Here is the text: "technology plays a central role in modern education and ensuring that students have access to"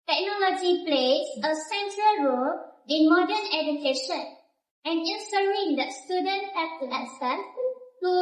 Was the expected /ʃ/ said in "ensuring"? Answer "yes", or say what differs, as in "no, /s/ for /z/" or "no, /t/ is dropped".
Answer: no, /s/ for /ʃ/